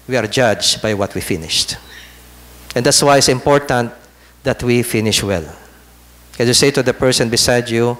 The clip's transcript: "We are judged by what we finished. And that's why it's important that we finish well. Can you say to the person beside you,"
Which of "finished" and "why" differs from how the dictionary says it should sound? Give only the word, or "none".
none